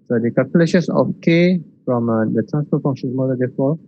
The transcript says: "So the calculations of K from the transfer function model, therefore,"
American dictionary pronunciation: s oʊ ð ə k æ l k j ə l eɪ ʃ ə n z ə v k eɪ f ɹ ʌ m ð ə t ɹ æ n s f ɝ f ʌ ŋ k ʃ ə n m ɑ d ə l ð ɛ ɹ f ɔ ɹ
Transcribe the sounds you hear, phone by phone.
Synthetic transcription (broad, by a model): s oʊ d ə k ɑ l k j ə l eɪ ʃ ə n s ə f k eɪ f ɹ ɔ m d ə t ɹ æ n s p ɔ f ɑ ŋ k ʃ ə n m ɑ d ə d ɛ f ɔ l